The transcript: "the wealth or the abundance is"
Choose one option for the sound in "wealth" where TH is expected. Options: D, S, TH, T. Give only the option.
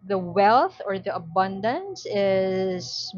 TH